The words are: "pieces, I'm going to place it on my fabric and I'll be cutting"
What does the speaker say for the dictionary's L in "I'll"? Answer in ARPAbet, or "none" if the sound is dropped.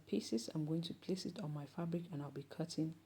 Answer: L